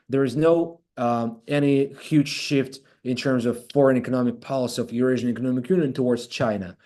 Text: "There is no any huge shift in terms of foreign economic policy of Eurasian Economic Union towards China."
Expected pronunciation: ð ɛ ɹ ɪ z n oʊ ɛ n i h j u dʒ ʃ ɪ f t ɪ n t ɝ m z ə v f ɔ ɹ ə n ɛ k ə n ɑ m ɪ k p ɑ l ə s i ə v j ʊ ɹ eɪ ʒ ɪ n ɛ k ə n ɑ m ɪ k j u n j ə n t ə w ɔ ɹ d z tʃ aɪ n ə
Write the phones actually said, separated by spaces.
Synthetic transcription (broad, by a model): ð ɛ ɹ ɪ z n oʊ ɛ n i h j u dʒ ʃ ɪ f t ɪ n t ɝ m z ə v f ɔ ɹ ə n ɛ k ə n ɑ m ɪ k p ɑ l ə s i ə v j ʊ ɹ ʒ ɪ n ɛ k ə n ɑ m ɪ k j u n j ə n t ə w ɔ ɹ d z tʃ aɪ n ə